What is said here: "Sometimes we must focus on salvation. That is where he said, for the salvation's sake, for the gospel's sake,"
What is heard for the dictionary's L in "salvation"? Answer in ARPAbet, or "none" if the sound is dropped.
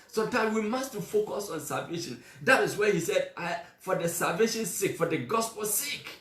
L